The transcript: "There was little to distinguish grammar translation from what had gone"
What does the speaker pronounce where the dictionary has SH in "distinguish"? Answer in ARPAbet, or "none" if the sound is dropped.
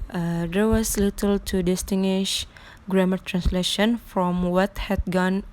SH